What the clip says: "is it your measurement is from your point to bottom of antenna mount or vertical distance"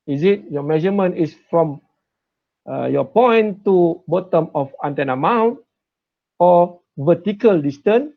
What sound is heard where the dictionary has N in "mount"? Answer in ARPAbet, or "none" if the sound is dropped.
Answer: N